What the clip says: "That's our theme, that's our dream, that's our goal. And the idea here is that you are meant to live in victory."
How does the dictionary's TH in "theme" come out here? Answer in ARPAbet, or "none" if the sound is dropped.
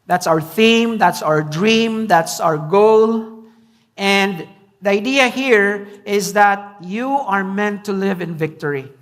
TH